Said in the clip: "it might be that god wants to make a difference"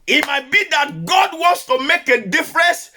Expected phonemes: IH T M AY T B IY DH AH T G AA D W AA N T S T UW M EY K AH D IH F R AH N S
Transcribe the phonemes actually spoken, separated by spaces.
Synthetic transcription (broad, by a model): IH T M AY T B IY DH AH T G AA D W AA N T S T UW M EY K AH D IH F R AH N S